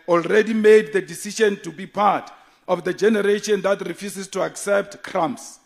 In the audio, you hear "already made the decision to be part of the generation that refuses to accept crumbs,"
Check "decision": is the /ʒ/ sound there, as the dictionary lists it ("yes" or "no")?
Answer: no